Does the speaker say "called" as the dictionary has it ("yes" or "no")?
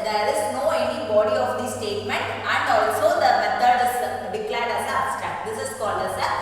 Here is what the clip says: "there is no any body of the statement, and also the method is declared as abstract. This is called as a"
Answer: no